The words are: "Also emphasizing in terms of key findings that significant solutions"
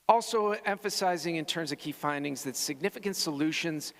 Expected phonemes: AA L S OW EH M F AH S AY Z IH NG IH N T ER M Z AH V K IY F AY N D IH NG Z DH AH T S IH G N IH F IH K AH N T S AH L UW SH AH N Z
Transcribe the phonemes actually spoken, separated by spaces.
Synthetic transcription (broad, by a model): AA L S OW EH M F AH S AY Z IH NG IH N T ER M Z AH V K IY F AY N D IH NG Z DH AH T S IH G N IH F IH K AH N T S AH L UW SH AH N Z